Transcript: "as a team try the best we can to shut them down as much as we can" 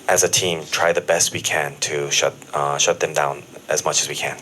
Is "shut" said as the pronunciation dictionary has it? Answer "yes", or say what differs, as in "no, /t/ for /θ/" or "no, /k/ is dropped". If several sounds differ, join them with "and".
yes